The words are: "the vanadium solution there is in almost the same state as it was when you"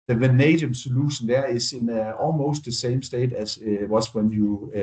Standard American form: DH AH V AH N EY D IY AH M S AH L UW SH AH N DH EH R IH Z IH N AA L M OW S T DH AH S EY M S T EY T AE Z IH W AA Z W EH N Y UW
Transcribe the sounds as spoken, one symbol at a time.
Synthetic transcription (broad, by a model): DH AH V AH N EY D IY AH M S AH L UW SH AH N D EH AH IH S IH N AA L M OW S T DH AH S EY M S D EY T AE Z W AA S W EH N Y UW